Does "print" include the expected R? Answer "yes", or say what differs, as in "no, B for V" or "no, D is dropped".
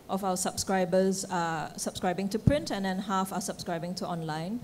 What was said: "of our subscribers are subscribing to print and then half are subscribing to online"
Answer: yes